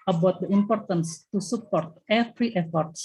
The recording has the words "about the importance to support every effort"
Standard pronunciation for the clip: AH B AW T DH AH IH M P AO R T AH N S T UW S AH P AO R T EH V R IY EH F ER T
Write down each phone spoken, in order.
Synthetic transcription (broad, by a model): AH B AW T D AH IH M P AO R T AH N S T UW S AH P AO R T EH F R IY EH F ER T